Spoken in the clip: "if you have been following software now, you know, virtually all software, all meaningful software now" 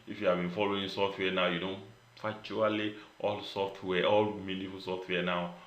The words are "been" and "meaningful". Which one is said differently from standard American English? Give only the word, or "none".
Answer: meaningful